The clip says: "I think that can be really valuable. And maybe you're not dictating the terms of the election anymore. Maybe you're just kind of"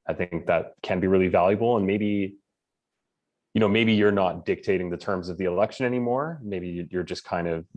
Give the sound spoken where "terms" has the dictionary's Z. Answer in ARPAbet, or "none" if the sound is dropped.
Z